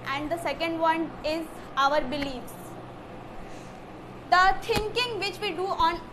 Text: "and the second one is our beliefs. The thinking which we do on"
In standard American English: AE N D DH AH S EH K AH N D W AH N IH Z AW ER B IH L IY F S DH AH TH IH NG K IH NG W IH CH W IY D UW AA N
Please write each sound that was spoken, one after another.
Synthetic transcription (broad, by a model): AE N D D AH S EH K AH N D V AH N IH Z AW ER B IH L IY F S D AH T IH NG K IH NG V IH CH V IY D UW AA N